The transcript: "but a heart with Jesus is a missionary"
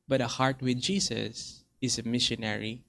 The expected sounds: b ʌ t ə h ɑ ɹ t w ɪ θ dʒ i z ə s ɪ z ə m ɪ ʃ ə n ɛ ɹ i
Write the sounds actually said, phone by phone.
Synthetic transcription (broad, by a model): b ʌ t ə h ɑ ɹ t w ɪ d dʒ i s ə s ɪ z ə m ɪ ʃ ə n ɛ ɹ i